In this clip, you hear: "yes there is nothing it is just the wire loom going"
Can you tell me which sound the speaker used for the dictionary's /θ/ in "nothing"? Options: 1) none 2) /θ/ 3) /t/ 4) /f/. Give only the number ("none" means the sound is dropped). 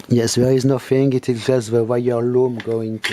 4